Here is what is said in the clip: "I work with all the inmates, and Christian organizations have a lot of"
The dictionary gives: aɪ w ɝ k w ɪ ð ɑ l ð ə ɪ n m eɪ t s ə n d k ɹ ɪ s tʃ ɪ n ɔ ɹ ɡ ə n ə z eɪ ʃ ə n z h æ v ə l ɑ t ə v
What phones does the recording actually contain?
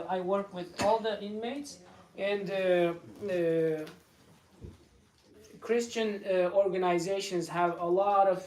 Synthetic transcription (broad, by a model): aɪ w ɝ k w ɪ ð ɑ l ð ə ɪ n m eɪ t s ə n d k ɹ ɪ s tʃ ɪ n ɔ ɹ ɡ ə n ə z eɪ ʃ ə n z h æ v ə l ɑ t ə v